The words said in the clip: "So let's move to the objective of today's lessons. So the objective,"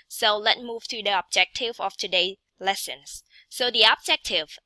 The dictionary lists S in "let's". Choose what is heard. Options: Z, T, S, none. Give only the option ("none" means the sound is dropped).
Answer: none